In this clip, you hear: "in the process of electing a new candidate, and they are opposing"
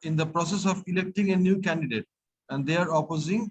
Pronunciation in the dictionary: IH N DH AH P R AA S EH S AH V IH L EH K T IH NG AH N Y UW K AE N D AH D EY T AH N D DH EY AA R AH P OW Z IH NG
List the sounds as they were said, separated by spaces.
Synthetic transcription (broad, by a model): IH N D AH P R AA S EH S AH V IH L EH K T IH NG AH N Y UW K AE N D AH D EY T AH N D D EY AA R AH P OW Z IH NG